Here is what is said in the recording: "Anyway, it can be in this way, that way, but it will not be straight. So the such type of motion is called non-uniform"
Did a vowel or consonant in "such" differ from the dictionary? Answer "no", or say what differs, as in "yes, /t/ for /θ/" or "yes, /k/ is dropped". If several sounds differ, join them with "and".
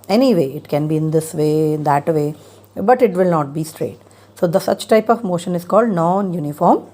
no